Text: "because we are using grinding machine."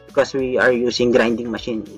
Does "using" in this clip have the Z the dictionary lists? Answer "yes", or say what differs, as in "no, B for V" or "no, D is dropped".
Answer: no, S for Z